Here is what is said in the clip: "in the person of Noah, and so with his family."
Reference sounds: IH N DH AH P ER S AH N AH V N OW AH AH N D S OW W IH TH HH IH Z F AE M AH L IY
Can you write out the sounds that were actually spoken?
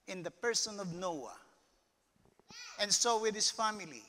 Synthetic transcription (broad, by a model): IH N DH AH P ER S AH N AH V N OW AH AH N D S OW W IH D HH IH S F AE M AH L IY